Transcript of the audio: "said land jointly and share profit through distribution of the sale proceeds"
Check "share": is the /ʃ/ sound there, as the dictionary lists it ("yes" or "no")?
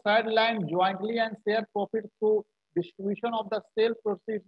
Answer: no